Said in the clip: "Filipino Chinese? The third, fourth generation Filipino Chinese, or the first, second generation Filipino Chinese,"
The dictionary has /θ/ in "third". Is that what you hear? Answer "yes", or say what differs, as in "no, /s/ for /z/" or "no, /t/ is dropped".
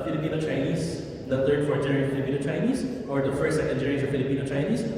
no, /t/ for /θ/